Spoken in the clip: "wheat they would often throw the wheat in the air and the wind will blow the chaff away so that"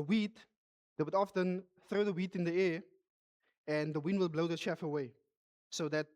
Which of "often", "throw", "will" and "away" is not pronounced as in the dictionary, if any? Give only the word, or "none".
none